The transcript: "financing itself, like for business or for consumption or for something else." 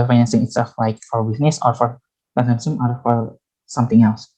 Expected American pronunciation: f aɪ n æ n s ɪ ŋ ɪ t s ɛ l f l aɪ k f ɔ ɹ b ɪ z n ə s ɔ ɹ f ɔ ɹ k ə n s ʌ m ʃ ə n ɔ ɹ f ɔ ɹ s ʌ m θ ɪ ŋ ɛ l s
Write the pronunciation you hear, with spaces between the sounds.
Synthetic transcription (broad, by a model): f aɪ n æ n s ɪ ŋ ɪ t s ɛ l f l aɪ k f ɔ ɹ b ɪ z n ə s ɔ ɹ f ɔ ɹ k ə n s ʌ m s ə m ɔ ɹ f ɔ ɹ s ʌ m t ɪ ŋ ɛ l s